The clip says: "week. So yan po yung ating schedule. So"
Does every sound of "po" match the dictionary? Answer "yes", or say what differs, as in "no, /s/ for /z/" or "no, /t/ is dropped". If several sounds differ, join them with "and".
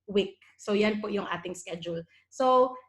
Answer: yes